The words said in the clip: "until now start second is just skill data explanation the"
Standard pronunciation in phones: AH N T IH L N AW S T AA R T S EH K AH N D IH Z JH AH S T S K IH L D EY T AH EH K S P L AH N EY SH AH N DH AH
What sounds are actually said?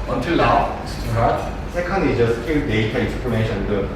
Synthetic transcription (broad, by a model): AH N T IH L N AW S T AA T S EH K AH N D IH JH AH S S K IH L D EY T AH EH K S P AH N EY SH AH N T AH